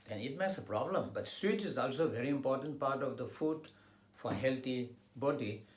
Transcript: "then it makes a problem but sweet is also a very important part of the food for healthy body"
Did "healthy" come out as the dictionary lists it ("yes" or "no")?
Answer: no